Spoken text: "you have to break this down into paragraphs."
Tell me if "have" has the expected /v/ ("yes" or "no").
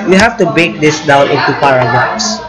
no